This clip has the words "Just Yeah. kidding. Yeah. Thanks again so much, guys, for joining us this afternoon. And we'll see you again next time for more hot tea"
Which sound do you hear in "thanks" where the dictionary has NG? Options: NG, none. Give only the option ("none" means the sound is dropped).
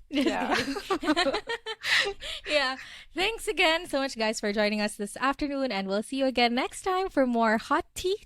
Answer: NG